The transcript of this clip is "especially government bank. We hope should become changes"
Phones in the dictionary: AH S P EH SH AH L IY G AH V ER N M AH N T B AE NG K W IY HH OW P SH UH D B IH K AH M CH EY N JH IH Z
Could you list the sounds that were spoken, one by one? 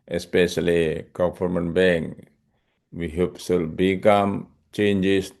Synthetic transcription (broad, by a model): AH S P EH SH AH L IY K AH F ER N M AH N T B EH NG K W IY HH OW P S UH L B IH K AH M CH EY N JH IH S